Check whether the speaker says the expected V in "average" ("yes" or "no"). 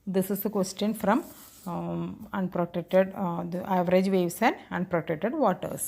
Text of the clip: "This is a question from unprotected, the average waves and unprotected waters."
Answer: yes